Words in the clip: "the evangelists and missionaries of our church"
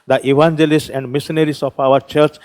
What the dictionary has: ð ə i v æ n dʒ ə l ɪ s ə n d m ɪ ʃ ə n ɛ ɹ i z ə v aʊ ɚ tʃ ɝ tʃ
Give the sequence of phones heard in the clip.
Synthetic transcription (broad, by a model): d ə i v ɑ n dʒ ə l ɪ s ə n d m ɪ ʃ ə n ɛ ɹ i s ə p aʊ ɚ tʃ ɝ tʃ